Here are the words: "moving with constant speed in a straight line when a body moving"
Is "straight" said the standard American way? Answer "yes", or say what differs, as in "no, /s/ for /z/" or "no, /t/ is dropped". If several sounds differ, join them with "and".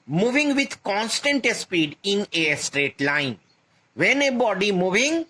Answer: yes